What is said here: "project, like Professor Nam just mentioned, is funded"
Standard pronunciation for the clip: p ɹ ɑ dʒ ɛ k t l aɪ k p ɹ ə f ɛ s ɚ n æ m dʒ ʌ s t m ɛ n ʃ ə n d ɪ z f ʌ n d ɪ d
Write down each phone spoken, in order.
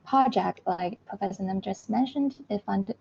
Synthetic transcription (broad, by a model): p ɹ ɑ dʒ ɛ k t l aɪ k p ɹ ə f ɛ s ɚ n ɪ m dʒ ʌ s t m ɛ n ʃ ə n d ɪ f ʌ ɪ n